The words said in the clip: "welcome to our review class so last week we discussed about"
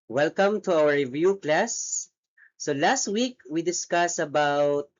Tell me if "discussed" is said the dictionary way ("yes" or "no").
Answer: no